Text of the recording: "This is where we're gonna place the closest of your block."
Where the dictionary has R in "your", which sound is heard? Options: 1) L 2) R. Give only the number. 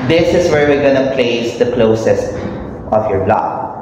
2